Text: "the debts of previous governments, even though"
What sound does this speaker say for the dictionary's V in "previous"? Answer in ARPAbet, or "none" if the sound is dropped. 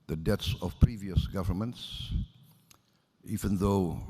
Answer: V